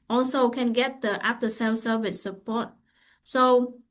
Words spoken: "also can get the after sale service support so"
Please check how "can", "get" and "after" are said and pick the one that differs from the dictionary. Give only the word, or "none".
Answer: after